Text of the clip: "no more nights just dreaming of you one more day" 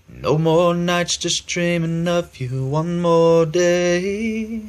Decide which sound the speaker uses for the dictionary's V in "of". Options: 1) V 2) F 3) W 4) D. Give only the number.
2